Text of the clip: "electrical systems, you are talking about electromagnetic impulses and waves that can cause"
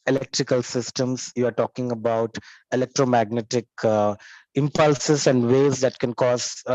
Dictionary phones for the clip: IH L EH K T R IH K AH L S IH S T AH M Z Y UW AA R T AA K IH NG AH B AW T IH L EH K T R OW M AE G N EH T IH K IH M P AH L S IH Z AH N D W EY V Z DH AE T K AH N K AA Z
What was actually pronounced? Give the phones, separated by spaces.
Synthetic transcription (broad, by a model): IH L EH K T R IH K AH L S IH S T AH M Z Y UW AA R T AA K IH NG AH B AW T IH L EH K T R OW M AE G N EH T IH K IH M P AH L S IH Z AH N D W EY Z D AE T K AH N K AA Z